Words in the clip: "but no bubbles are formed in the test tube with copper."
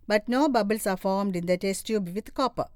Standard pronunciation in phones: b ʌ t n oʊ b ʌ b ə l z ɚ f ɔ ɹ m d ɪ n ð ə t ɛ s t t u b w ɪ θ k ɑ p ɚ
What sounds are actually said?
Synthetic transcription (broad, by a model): b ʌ t n oʊ b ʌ b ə l s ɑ f ɔ ɹ m d ɪ n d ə t ɛ s t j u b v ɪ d k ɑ p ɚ